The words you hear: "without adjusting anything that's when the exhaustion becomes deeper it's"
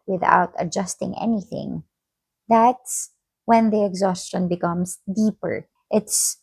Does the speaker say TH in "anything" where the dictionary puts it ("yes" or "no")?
yes